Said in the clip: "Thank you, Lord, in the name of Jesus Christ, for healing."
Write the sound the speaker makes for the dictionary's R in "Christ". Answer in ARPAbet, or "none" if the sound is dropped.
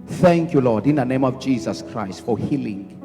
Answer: R